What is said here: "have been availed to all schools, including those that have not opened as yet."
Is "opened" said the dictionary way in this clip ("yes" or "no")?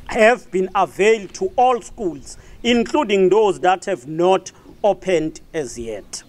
yes